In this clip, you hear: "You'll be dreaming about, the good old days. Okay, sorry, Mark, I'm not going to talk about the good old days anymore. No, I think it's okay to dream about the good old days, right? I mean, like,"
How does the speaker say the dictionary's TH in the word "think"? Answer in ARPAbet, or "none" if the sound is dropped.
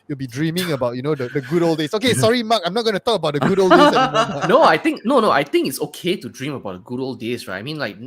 T